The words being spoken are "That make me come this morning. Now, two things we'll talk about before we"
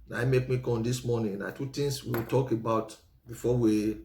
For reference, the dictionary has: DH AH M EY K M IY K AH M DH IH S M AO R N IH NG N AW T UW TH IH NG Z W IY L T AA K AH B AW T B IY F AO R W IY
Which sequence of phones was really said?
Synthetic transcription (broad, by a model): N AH M EY K M IY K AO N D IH S M AO N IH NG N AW T UW T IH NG S W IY W T AA K AH B AW T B IY F AO W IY